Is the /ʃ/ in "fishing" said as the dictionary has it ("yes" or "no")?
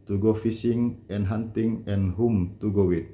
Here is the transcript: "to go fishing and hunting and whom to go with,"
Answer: no